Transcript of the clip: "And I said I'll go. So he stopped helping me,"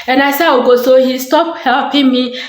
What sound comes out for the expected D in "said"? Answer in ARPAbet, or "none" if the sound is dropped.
none